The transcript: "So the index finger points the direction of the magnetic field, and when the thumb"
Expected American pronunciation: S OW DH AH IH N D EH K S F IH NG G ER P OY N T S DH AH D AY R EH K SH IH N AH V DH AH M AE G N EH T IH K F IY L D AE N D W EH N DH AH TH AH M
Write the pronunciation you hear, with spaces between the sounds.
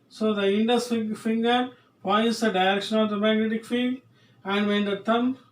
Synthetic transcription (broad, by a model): S OW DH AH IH N D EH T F F IH NG G ER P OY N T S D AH D AY R EH K SH IH N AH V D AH M AE G N EH T IH K F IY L AE N D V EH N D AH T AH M